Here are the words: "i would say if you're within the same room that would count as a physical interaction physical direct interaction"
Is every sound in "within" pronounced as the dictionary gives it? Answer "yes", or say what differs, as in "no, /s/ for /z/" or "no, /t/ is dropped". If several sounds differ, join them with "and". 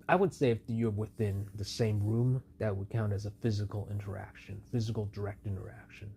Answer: yes